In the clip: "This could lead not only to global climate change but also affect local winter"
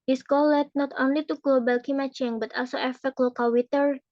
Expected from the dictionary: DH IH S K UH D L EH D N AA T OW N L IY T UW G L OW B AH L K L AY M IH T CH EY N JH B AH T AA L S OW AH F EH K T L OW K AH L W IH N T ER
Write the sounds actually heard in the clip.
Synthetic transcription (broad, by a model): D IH S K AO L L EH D N AA T OW N L IY T UW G L OW B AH L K IY M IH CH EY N B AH T AA L S OW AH F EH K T L OW K AH L W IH T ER